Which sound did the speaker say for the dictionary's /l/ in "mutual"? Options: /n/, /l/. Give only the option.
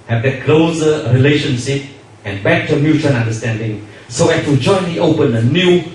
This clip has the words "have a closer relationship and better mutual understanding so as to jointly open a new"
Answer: /n/